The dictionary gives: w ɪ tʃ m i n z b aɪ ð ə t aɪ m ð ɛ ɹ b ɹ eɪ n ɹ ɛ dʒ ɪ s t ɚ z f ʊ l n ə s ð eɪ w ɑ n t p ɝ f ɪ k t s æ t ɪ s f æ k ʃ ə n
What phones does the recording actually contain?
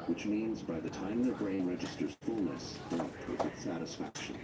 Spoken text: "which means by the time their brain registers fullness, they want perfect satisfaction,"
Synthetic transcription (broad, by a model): w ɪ tʃ m i n z b aɪ ð ə t aɪ m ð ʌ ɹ b ɹ eɪ n ɹ ɛ dʒ ɪ s t ɚ z f ʊ l n ə s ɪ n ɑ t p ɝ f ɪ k t s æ t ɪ s f æ k ʃ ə n